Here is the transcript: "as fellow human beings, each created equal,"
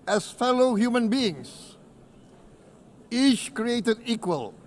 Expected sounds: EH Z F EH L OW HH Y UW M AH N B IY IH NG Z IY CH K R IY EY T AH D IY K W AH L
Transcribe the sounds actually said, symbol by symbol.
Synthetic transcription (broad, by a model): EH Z F EH L OW HH Y UW M AH N B IY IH NG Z IY CH K R IY EY T AH D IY K W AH L